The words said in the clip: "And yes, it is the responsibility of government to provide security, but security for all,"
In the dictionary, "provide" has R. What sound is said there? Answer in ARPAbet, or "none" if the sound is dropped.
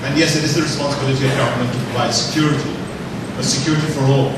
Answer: L